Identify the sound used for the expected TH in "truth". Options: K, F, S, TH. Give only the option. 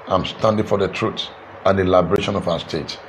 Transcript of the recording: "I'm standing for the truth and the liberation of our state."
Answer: S